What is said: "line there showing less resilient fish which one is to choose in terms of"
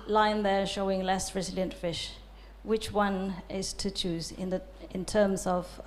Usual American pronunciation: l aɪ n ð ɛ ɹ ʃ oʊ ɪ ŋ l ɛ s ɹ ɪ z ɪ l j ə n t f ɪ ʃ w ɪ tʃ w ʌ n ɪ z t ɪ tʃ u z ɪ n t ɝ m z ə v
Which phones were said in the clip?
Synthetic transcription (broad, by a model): l aɪ n ð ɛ ɹ ʃ oʊ ɪ ŋ l ɛ s ɹ ɪ z ɪ l j ə n t f ɪ ʃ w ɪ tʃ w ʌ n ɪ z t ɪ tʃ u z ɪ n t ɝ m z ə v